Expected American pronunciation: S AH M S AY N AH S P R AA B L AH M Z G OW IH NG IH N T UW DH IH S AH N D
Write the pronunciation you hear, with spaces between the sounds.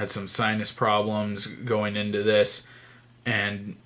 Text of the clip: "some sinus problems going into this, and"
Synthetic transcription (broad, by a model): S AH M S AY N AH S P R AA B L AH M Z G OW IH NG IH N T UW DH IH S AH N